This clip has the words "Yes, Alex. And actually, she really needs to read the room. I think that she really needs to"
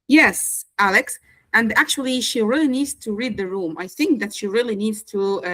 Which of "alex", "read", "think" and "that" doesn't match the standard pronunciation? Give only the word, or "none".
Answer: none